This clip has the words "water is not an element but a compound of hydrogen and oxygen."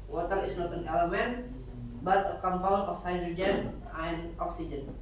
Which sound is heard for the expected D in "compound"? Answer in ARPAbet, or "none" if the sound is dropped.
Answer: none